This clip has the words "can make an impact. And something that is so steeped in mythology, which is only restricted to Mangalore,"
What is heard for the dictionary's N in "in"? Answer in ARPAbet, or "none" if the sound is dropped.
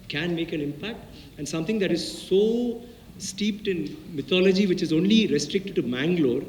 N